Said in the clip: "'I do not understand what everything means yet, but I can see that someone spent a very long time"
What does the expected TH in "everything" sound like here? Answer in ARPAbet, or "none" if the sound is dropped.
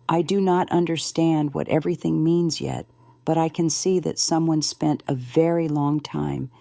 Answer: TH